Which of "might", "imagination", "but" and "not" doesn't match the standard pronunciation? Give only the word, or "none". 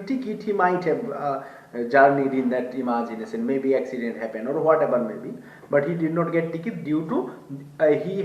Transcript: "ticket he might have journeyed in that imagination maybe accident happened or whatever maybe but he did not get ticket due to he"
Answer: imagination